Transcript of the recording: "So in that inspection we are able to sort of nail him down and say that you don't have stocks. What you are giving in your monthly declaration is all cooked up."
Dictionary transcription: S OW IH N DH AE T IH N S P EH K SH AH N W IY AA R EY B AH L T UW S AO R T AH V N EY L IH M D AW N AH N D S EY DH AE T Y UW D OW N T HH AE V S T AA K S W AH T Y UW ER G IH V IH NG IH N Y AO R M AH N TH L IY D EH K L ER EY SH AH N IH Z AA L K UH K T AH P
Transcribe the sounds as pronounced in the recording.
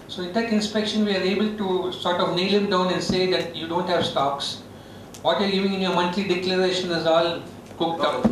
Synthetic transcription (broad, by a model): S OW IH N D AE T IH N S P EH K SH AH N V IY AA R EY B AH L T UW S AO R T AH V N EY L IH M D AW N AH N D S EY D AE T Y UW D OW N T HH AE V S T AA K S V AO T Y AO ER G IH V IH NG IH N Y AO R M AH N T L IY D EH K L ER EY SH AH N IH Z AA L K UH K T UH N